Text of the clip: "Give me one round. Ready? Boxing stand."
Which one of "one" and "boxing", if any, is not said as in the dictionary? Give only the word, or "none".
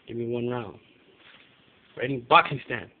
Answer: boxing